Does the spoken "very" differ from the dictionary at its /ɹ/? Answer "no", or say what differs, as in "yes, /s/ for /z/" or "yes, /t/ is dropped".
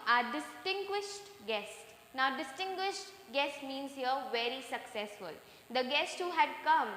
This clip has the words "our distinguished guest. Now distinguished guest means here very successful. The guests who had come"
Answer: no